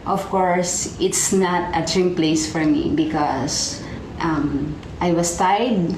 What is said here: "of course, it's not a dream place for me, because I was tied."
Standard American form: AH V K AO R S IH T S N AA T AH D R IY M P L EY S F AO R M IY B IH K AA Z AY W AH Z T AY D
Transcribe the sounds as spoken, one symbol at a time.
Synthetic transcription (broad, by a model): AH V K AO R S IH T S N AA T AH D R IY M P L EY S F AO R M IY B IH K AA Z AY W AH S T AY D